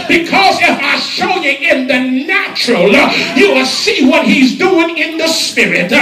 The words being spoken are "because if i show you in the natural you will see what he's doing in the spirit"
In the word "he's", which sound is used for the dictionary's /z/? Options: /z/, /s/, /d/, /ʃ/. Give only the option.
/z/